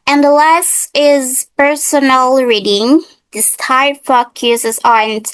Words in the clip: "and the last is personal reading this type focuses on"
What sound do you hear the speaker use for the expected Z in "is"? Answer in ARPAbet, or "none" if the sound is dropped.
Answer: Z